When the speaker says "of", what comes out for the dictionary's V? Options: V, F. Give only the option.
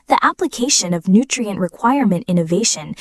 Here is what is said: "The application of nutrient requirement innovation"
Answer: V